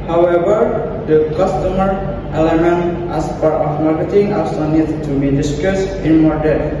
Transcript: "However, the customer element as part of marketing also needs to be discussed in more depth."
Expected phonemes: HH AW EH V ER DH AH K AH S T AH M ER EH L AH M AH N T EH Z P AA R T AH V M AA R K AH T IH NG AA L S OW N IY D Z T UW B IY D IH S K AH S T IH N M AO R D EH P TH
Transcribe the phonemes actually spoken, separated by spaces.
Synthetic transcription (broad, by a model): HH AW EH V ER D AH K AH S T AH M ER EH L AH M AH N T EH S P AA R T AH F M AA R K AH T IH NG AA S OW N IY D T UW B IY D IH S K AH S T IH N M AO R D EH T